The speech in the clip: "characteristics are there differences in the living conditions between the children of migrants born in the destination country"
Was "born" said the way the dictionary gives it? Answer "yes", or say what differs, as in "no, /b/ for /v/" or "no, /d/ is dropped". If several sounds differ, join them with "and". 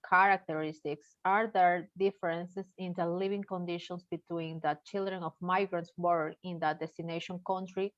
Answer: no, /n/ is dropped